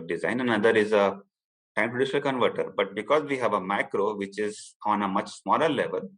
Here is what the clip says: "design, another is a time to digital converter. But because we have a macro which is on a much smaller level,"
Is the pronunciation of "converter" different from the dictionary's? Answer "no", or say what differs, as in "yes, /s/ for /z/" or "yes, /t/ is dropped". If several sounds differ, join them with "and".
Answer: no